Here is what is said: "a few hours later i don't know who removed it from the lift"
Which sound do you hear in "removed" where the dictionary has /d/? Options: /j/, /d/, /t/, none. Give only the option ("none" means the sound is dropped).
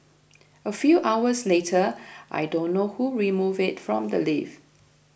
none